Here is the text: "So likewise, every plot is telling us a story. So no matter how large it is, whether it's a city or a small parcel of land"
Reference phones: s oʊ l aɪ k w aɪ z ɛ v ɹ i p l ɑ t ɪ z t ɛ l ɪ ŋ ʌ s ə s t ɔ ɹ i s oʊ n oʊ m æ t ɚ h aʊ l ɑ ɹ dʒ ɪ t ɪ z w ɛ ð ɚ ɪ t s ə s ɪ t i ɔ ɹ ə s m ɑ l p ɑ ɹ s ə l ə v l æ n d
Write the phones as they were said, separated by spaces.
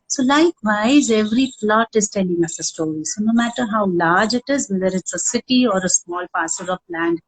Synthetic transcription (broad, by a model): s oʊ l aɪ k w aɪ z ɛ v ɹ i p l ɑ t ɪ z t ɛ l ɪ ŋ ʌ s ə s t ɔ ɹ i s oʊ n oʊ m æ t ɚ h aʊ l ɑ ɹ dʒ ɪ t ɪ z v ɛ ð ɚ ɪ t s ə s ɪ t i ɔ ɹ ə s m ɑ l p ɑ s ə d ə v l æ n d